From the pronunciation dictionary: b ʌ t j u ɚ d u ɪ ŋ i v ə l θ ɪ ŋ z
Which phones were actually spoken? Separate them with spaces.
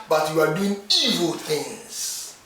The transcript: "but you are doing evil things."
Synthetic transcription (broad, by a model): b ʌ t j u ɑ d u ɪ ŋ i v ə l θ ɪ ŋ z